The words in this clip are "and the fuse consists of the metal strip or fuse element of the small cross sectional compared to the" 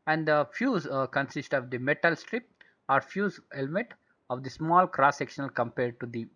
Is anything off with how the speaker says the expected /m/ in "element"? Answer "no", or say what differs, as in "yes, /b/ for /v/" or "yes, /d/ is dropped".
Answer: no